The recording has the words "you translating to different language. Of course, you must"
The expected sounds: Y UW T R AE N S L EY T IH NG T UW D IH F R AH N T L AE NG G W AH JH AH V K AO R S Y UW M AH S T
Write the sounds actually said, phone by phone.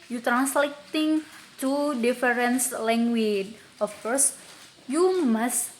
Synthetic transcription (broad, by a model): Y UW T R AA N S L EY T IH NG T UW D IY F R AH N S L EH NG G W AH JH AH F K AO R S Y UW M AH S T